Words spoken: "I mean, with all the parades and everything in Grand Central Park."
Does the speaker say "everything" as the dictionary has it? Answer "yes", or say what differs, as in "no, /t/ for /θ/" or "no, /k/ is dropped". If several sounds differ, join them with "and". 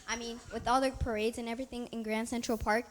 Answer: yes